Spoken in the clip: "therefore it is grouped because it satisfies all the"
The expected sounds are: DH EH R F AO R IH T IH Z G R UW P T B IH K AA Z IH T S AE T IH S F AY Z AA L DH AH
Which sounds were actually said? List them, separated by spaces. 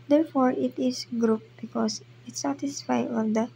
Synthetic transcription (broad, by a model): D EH R F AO R IH T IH S G R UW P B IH K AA S IH T S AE T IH S F AY AA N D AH